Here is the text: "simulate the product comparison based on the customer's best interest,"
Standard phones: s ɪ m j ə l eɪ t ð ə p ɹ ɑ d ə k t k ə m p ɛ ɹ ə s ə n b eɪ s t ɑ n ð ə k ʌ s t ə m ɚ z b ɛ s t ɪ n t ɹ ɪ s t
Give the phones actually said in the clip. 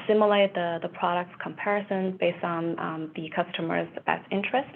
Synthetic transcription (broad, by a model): s ɪ m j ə l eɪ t ð ə p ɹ ɑ d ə k t k ə m p ɛ ɹ ə s ə n b eɪ s t n ð ə k ʌ s t ə m ɚ z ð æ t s ɪ n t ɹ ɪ s t